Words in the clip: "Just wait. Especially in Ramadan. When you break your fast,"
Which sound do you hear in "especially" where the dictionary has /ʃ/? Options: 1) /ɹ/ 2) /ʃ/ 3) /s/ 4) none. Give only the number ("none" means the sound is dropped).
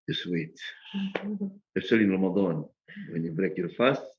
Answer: 4